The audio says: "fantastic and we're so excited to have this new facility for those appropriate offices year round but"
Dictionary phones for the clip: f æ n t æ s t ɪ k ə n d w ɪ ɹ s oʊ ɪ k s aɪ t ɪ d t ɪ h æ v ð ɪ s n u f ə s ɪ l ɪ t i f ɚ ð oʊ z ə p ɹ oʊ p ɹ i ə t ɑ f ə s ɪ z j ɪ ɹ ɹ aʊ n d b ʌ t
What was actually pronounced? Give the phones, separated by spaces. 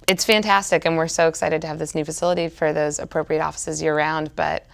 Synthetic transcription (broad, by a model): f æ n t æ s t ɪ k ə n w ɪ ɹ s oʊ ɪ k s aɪ t ɪ d t ɪ v ð ɪ s n u f ə s ɪ l ɪ t i f ɚ ð oʊ z ə p ɹ oʊ p ɹ i ə t ɑ f ə s ɪ z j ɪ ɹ ɹ aʊ n d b ʌ t